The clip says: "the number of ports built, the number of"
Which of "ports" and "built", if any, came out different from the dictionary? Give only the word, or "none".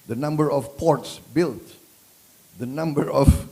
none